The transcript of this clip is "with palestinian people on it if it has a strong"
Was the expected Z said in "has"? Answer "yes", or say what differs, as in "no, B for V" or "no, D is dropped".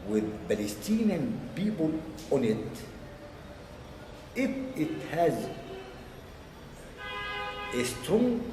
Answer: yes